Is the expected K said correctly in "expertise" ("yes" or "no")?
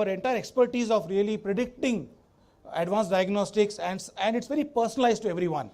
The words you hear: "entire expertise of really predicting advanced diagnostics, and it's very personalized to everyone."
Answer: yes